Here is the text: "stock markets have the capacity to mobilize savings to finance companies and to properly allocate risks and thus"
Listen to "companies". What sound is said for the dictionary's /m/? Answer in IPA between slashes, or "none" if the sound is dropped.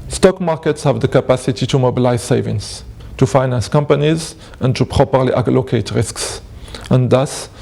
/m/